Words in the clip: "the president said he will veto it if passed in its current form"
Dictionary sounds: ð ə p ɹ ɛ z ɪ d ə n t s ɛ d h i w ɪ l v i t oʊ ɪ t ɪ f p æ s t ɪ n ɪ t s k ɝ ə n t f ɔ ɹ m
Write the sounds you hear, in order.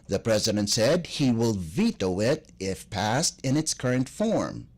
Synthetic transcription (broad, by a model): ð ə p ɹ ɛ z ɪ d ə n t s ɛ d h i w ɪ l v i t oʊ ɪ t ɪ f p æ s t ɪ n ɪ t s k ɝ ə n t f ɔ ɹ m